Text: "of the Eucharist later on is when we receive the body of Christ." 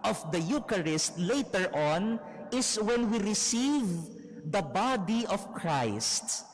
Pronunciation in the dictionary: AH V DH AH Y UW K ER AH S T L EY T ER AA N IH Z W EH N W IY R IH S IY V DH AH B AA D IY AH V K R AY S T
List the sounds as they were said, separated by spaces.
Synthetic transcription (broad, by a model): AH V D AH Y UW K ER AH S T L EY T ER AA N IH S W EH N W IY R IH S IY V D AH B AA D IY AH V K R AY S T